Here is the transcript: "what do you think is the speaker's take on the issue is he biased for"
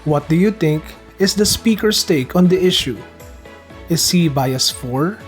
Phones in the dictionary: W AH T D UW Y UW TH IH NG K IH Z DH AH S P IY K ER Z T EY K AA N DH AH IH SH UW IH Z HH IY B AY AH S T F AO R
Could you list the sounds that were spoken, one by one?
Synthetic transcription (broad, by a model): W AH T D UW Y UW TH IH NG K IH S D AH S P IY K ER S T EY K AA N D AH IH SH UW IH S HH IY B AY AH S F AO R